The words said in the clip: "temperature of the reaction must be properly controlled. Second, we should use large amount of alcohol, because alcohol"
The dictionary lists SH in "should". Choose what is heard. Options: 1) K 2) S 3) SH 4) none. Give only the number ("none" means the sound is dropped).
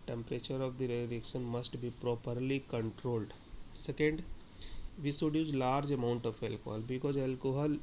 2